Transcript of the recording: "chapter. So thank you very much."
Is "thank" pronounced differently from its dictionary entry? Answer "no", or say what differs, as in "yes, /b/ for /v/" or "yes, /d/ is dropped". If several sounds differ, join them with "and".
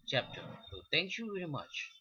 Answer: yes, /t/ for /θ/